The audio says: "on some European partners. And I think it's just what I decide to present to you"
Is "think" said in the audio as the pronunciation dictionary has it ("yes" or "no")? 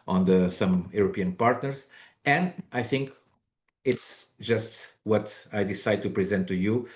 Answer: yes